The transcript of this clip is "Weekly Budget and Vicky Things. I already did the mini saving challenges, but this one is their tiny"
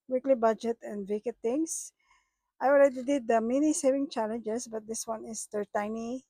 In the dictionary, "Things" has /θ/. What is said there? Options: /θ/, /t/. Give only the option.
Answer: /t/